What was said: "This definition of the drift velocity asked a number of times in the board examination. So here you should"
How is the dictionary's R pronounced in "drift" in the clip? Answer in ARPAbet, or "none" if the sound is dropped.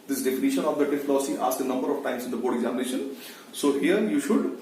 none